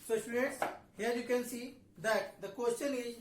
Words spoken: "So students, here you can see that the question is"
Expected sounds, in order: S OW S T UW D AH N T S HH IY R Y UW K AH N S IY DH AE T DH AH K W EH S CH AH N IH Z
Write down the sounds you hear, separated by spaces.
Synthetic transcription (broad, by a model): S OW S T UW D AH T S HH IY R Y UW K AH N S IY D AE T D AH K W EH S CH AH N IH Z